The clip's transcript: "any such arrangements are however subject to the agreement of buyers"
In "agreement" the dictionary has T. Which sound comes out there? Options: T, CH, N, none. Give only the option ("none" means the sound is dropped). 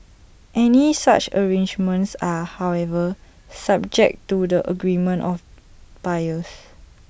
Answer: T